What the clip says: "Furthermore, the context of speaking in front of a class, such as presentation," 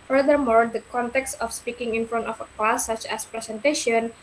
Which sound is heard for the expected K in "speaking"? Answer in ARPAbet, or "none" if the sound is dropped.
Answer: K